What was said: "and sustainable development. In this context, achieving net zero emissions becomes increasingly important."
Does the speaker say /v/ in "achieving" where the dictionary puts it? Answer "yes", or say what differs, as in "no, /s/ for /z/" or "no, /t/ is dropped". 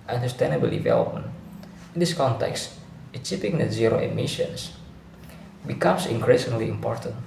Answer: no, /p/ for /v/